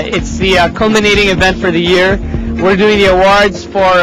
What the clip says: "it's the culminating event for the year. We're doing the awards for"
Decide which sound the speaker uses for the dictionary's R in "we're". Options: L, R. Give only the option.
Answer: R